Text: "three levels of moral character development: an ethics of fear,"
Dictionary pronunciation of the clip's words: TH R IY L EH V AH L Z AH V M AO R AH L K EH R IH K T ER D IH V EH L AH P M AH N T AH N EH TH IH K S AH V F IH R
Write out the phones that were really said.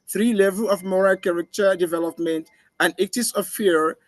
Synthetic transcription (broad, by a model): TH R IY L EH V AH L AH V M AO R AH L K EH R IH K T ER D IH V EH L AH P M AH N T AH N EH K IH S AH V F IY R